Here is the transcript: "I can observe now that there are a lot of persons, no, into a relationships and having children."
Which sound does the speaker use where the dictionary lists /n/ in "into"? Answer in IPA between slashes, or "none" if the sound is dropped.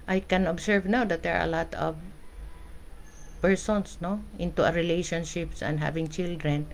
/n/